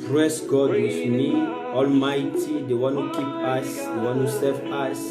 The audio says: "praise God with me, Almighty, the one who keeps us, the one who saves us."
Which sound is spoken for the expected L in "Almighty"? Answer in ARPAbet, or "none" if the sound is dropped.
L